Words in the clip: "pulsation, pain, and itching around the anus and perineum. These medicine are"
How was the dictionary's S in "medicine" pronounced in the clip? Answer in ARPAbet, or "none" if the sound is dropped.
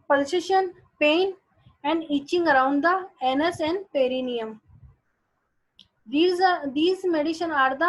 SH